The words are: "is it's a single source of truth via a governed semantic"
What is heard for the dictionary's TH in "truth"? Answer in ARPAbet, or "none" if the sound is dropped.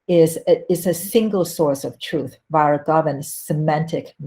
TH